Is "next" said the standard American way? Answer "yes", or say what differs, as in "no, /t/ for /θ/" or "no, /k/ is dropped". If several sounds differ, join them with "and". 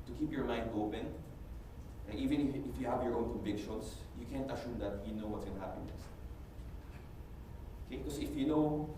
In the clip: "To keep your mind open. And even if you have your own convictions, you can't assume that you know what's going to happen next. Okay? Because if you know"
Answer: no, /k/ is dropped